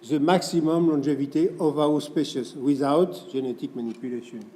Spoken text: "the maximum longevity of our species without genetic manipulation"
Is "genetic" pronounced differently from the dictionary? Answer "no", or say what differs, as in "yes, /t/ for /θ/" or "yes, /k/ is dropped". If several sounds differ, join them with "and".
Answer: yes, /ʒ/ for /dʒ/